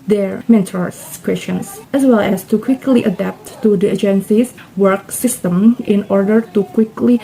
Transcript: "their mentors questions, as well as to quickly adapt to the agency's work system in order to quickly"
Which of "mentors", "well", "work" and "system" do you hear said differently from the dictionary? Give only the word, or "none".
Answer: mentors